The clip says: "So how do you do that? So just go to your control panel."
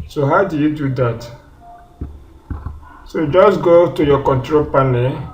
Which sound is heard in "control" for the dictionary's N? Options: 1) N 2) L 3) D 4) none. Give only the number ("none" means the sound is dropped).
1